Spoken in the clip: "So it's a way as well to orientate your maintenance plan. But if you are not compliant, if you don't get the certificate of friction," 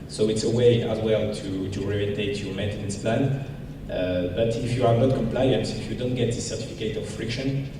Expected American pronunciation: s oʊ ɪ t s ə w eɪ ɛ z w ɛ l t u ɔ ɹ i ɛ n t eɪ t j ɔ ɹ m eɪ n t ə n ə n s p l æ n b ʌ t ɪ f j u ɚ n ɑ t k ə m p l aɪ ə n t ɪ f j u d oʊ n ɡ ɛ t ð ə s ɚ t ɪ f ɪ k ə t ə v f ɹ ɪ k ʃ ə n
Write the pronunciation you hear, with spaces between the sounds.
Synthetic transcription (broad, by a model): s oʊ ɪ t s ə w eɪ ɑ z w ɛ l t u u ɹ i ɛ t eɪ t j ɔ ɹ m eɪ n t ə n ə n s p l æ n b ʌ t ɪ f j u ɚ n ɑ t k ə m p l aɪ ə n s ɪ f j u d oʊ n ɡ ɛ t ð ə s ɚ t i f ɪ k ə t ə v f ɹ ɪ k ʃ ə n